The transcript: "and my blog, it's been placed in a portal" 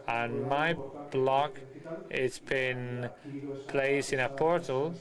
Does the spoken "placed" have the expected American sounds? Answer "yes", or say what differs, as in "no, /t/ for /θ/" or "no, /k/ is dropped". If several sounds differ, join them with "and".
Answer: no, /t/ is dropped